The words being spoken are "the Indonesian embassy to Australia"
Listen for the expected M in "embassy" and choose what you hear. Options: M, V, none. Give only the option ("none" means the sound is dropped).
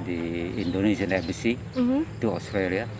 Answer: none